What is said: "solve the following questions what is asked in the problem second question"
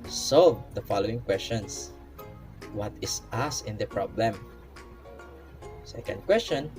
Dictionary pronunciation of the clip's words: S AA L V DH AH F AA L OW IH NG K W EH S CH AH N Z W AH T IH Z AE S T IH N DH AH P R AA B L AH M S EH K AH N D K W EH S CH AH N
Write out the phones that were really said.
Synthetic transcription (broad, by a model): S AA L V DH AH F AA L OW IH NG K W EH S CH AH N S W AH T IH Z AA S IH N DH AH P R AA B L AH M S EH K AH N D K W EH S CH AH N